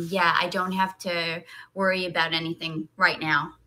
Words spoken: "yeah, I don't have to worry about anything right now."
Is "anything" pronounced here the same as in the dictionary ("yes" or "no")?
yes